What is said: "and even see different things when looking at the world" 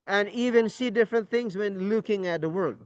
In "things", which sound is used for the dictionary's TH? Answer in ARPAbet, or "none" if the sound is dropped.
TH